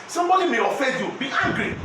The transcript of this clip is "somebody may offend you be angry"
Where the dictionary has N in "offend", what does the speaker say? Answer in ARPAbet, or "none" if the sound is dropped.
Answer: none